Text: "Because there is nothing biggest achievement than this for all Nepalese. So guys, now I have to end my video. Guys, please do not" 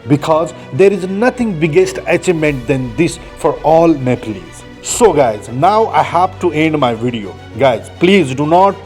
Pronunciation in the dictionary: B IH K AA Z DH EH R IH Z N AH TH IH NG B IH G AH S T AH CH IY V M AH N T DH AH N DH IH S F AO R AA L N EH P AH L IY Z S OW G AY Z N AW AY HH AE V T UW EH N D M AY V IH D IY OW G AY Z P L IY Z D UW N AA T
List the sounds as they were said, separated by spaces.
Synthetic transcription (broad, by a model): B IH K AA Z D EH R IH Z N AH T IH NG B IH G AH S T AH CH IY M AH N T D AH N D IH S F AO R AA L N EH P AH L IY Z S OW G AY Z N AW AY HH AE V T UW EH N D M AY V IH D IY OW G AY Z P L IY Z D UW N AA T